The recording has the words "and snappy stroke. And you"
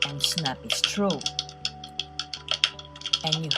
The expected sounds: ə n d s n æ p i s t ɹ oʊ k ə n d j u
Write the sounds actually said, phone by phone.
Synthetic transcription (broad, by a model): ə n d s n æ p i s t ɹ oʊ ə n j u